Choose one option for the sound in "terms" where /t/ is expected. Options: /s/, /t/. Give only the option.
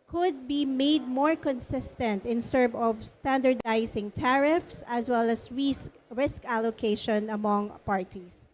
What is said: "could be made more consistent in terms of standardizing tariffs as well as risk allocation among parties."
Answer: /s/